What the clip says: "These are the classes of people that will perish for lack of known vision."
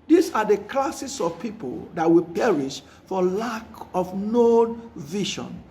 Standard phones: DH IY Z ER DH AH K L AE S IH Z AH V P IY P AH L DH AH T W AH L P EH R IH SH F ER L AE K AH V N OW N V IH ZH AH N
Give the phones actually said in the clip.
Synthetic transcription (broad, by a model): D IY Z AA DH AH K L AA S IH S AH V P IY P AH L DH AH T W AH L P EH R IH SH F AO L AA K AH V N OW N V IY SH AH N